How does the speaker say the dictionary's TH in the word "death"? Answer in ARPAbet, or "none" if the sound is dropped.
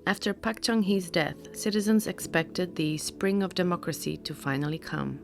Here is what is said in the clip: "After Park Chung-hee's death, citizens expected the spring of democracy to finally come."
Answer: TH